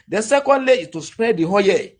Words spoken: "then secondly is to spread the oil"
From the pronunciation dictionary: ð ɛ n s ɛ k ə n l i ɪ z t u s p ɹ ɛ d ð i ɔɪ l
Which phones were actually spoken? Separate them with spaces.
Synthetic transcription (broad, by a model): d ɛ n s ɛ k ə n l i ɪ t u s p ɹ ɛ d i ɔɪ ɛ